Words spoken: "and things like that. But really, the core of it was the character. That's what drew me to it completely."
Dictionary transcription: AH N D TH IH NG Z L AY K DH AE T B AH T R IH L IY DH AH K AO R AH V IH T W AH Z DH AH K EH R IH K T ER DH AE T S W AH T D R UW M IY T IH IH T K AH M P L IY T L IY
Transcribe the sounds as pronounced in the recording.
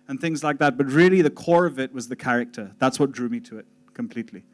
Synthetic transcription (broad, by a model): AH N TH IH NG Z L AY K DH AE T B AH T R IH L IY DH AH K AO R AH V IH T W AH Z DH AH K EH R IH K T ER DH AE T S W AH T D R UW M IY T IH IH T K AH M P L IY T L IY